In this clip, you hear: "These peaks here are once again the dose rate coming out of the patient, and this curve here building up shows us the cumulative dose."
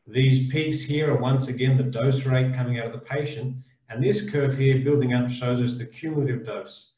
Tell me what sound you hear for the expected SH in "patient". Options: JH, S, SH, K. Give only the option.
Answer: SH